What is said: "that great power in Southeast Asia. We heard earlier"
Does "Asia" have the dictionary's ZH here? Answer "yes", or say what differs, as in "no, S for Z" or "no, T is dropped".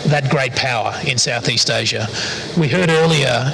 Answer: yes